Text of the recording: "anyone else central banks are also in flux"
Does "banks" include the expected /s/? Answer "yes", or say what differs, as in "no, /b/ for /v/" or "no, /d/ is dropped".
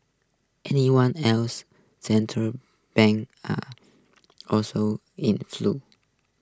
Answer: no, /s/ is dropped